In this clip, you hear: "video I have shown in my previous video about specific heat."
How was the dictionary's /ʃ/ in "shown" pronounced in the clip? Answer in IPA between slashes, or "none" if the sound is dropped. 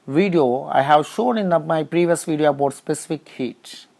/ʃ/